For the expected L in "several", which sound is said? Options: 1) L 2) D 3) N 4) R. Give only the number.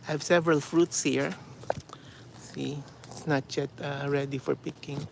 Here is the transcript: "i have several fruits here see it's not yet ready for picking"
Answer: 1